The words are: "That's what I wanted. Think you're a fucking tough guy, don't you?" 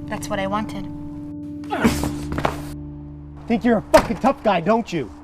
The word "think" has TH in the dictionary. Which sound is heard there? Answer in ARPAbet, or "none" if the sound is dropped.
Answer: TH